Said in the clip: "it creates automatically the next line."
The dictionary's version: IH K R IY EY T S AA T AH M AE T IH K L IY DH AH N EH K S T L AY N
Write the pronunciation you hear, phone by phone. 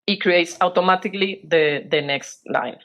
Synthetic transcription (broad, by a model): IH K R IY EY T S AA T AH M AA T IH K L IY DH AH N EH K S T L AY N